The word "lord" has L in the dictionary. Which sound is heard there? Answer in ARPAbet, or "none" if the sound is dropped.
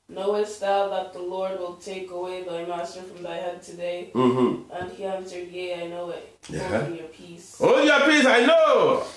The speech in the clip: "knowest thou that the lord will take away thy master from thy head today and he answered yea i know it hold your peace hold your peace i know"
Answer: L